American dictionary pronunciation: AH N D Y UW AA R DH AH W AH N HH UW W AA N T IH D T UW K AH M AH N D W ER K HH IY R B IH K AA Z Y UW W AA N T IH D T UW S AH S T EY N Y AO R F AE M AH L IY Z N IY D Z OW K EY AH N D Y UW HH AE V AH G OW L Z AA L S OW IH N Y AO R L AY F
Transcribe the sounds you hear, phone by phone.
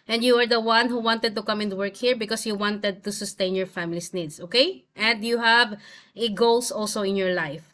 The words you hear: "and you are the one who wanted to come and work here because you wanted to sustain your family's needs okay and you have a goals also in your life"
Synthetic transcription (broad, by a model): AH N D Y UW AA R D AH W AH N HH UW W AA N T IH D T UW K AH M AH N W ER K HH IY R B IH K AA S Y UW W AA N T IH D T UW S AH S T EY N Y AO R F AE M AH L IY S N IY D S OW K EY AH N D Y UW HH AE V AH G OW L S AA L S OW IH N Y AO R L AY F